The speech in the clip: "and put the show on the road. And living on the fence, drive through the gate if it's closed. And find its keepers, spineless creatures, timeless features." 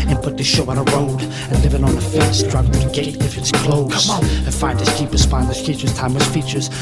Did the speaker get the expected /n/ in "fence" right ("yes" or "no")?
no